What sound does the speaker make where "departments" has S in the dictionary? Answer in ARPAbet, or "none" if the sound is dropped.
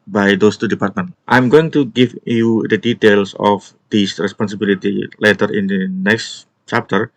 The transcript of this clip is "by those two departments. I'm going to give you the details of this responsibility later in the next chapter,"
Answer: none